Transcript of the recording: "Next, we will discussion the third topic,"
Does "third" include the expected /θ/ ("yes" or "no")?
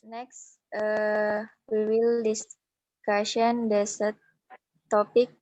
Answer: no